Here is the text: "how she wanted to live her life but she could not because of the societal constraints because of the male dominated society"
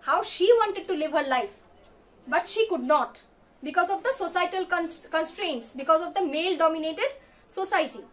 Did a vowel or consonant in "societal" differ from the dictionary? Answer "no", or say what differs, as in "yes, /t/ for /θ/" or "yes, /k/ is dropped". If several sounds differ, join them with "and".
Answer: yes, /n/ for /l/